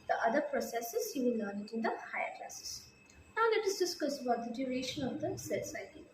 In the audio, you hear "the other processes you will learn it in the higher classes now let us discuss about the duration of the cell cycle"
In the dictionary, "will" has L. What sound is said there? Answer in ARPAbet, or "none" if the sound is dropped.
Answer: N